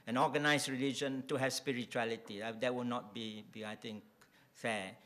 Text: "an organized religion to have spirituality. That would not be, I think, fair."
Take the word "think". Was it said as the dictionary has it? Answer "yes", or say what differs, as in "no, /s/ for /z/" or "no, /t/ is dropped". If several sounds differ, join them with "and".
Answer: no, /t/ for /θ/